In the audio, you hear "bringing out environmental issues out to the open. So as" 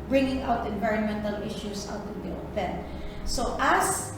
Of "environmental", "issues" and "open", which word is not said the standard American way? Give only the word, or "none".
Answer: issues